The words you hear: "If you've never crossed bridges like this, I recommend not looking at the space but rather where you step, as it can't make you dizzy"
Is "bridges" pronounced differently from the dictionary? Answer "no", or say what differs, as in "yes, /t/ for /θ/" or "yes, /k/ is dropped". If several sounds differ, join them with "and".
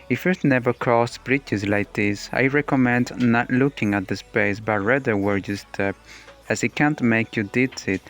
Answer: yes, /tʃ/ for /dʒ/